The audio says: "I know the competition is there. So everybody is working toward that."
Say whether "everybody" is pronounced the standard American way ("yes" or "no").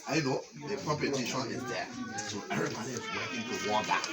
no